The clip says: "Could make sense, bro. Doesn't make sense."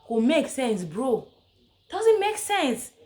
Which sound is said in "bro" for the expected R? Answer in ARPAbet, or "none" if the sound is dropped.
R